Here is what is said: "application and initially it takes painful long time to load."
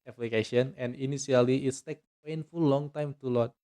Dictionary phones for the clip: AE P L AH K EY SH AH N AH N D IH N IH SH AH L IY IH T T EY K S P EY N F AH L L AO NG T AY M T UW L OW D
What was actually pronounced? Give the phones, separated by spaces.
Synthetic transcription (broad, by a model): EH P L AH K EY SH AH N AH N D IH N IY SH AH L IY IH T T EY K P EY N F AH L L AO NG T AY M T UW L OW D